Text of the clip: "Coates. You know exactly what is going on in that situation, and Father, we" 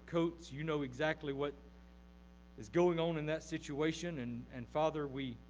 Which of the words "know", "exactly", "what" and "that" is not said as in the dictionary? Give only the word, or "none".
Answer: none